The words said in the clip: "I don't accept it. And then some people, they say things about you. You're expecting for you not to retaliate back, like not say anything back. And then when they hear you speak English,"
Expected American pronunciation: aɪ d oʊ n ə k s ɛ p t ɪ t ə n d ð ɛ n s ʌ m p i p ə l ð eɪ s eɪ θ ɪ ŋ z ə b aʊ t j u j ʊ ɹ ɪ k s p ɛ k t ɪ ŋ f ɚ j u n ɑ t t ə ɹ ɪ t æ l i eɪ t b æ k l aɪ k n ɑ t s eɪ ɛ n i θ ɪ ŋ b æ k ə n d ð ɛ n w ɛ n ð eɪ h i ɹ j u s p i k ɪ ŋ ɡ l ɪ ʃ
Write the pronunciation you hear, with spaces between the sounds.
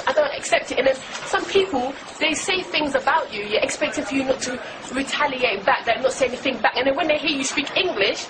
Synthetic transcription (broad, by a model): aɪ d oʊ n ə k s ɛ p t ɪ t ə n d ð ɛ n s ʌ m p i p ə l ð eɪ s eɪ θ ɪ ŋ z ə b aʊ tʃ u j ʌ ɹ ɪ k s p ɛ k t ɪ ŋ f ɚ j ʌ n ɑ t t ə ɹ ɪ t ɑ l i eɪ t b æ k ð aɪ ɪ n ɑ t s eɪ ɛ n i θ ɪ ŋ b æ k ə n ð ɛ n w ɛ n ð eɪ h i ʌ j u s p i k ɪ ŋ ɡ l ɪ ʃ